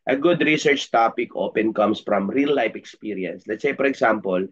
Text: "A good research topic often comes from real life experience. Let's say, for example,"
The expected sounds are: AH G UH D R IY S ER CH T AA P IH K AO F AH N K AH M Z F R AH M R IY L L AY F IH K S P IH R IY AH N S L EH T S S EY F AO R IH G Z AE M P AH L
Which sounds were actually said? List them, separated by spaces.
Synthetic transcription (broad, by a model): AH G UH D R IY S ER CH T AA P IH K AO P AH N K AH M S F R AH M R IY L L AY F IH K S P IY R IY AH N S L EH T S S EY P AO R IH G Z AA M P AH L